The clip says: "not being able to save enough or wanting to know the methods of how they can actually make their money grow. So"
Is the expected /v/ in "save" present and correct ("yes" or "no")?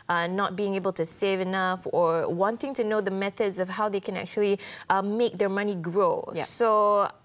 yes